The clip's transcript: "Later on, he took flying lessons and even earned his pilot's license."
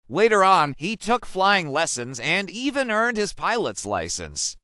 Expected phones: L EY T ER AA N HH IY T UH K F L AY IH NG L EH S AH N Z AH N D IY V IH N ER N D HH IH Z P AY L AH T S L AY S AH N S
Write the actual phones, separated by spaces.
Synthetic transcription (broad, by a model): L EY T ER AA N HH IY T UH K F L AY IH NG L EH S AH N Z AH N D IY V IH N ER N D HH IH Z P AY L AH T S L AY S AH N S